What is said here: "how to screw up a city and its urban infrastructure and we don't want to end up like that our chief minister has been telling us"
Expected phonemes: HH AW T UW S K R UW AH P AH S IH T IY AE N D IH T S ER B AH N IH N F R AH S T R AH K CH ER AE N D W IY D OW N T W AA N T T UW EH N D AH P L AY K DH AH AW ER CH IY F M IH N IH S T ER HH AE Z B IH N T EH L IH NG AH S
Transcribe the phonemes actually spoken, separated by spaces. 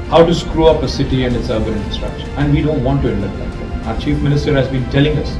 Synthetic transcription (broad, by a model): HH AW T UW S K R UW AH P AH S IH T IY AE N D IH T S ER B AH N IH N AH S T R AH K SH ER AE N D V IY D OW N T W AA N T T UW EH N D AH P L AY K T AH AW ER CH IY F M IH N IH S T ER HH AE Z B IH N T EH L IH NG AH S